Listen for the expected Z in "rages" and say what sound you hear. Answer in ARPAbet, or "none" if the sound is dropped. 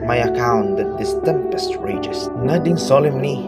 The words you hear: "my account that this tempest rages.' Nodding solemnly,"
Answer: S